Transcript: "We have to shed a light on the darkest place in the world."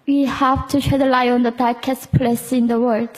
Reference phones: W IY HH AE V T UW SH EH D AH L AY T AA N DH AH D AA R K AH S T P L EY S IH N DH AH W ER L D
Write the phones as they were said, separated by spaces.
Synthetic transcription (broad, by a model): W IY HH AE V T UW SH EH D AH L AY AA N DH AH D AA R K AH S T P L EY S IH N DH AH W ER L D